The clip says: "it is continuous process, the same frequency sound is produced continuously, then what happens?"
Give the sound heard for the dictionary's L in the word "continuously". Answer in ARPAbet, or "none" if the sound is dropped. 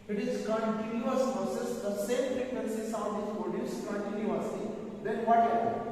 none